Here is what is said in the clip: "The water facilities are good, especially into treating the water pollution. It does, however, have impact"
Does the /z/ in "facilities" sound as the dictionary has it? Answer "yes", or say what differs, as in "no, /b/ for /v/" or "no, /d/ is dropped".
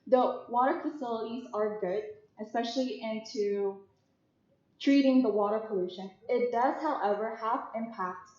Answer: yes